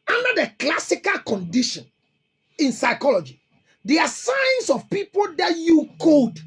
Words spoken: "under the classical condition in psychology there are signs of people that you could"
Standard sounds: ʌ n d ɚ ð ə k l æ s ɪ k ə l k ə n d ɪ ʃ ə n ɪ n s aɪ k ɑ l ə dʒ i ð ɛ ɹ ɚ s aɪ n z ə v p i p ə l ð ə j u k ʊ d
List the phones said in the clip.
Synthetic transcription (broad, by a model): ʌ n d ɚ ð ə k l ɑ s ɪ k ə l k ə n d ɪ ʃ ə n ɪ n s aɪ k ɑ l ə dʒ i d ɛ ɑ s aɪ n s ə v p i p ə l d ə j u k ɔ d